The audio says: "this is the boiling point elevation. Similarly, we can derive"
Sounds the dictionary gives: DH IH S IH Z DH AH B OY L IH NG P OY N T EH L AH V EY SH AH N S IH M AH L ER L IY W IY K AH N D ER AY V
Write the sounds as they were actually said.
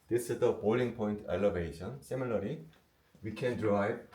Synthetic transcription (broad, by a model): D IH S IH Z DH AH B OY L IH NG P OY N T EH L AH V EY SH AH N S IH M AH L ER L IY W IY K AH N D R AY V